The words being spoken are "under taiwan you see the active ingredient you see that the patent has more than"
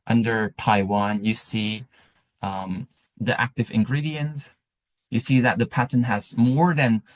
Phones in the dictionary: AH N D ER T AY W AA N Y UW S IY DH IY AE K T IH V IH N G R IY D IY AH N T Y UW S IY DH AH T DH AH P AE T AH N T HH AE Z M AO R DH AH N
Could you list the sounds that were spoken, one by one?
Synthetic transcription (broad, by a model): AH N D ER T AY W AA N Y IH S IY DH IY AE K T IH V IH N G R IY D IY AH N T Y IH S IY DH AH T DH AH P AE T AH N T HH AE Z M AO R DH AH N